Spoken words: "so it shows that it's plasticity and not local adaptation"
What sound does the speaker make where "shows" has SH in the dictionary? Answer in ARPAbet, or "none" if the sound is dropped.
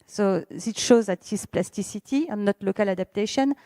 SH